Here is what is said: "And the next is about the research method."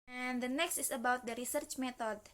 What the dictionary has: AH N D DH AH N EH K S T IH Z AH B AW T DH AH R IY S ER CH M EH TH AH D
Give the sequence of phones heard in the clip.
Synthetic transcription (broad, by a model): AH N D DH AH N EH K S T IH S AH B AW T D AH R IY S ER CH M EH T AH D